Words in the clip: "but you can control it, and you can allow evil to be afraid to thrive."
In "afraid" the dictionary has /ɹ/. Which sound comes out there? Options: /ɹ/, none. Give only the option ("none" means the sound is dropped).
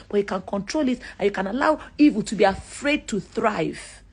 /ɹ/